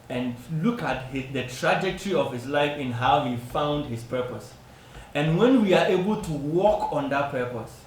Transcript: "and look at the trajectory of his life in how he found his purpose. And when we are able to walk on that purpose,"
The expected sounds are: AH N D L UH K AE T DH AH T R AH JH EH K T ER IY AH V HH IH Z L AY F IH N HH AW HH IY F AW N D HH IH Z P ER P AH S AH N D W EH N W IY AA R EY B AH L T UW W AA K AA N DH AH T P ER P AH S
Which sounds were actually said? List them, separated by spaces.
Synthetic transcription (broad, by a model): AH N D L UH K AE T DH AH T R AH JH EH K T ER IY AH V HH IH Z L AY F IH N HH AW HH IY F AW N D HH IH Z P ER P AH S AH N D W EH N W IY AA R EY B AH L T UW W AA K AA N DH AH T P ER P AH S